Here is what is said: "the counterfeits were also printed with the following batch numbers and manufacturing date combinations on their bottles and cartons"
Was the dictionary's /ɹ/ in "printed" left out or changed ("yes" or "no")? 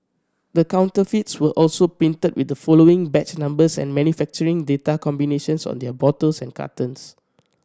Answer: yes